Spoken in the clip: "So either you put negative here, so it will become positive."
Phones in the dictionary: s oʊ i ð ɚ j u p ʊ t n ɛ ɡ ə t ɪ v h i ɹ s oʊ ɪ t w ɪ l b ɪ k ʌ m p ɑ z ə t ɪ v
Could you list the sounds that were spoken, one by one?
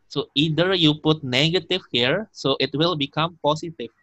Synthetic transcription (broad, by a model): s oʊ i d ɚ j u p ʊ t n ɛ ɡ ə t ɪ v h i ɹ s oʊ ɪ t w ɪ l b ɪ k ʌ m p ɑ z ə t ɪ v